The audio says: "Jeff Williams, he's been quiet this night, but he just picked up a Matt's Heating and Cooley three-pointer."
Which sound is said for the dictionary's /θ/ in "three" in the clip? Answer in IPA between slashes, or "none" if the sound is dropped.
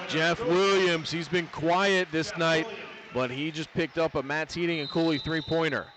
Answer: /θ/